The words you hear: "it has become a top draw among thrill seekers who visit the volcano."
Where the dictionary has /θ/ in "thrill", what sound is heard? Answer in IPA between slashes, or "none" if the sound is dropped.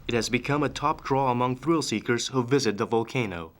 /θ/